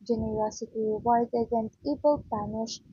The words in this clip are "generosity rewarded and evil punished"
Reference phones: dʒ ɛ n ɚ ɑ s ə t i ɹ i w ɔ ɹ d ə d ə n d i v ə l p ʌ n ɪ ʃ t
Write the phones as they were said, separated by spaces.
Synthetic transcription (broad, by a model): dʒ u n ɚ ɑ s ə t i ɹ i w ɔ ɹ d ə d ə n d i b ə l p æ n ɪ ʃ